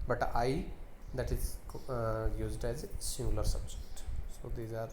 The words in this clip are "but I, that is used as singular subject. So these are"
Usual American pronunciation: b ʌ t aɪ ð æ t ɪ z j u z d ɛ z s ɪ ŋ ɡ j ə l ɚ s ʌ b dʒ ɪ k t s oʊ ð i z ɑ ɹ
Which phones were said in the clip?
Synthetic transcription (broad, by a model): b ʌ t aɪ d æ t ɪ z j u z d ɛ z s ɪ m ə l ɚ s ʌ b dʒ ɪ k t s oʊ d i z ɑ ɹ